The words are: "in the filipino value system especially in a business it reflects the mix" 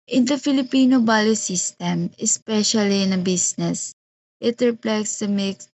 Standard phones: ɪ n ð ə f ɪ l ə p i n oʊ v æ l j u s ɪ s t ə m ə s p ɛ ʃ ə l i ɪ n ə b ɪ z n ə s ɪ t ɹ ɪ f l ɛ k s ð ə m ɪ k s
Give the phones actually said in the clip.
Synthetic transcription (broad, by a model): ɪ n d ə f ɪ l ə p i n oʊ b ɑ l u s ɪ s t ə m ə s p ɛ ʃ ə l i ɪ n ə b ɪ s n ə s ɪ t ɹ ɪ p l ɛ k s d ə m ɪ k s